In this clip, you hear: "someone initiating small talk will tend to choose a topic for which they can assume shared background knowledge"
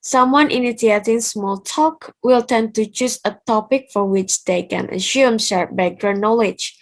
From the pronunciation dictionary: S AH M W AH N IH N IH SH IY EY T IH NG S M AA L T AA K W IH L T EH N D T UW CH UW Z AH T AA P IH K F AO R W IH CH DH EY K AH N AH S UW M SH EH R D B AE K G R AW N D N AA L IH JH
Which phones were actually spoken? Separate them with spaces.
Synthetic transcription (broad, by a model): S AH M W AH N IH N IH S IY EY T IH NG S M AA L T AA K W IH L T EH N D T UW CH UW S AH T AA P IH K F AO R W IH CH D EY K AH N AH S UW M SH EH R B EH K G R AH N N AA L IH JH